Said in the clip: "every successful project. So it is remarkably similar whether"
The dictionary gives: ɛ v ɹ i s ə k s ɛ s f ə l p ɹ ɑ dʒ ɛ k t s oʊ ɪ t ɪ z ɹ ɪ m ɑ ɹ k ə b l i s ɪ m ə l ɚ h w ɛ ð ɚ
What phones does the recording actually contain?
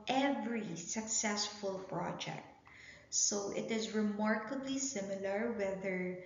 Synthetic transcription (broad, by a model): ɛ v ɹ i s ə k s ɛ s f ə l p ɹ ɑ dʒ ɛ k t s oʊ ɪ t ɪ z ɹ ɪ m ɑ ɹ k ə b l i s ɪ m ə l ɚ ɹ w ɛ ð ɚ